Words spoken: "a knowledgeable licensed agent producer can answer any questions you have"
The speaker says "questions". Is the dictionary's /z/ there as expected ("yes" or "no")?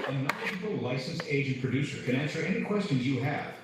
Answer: yes